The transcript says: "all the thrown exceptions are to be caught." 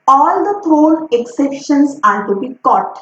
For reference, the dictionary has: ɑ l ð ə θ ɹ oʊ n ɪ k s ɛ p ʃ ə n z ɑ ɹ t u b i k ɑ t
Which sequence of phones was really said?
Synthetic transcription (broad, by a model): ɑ l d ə t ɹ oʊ l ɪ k s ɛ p ʃ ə n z ɑ ɹ t u b i k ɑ t